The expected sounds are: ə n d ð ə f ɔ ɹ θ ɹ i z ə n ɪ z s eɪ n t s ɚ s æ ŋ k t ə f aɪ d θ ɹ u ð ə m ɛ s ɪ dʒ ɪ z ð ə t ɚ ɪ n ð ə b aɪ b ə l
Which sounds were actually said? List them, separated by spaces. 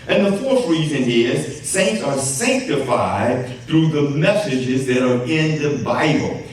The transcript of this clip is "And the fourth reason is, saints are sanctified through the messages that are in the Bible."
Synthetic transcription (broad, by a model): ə n ð ə f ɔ ɹ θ ɹ i z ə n ɪ z s eɪ n t s ɚ s æ ŋ k t ə f aɪ d θ ɹ u ð ə m ɛ s ɪ dʒ ɪ z ð ə t ɚ ɪ n ð ə b aɪ b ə l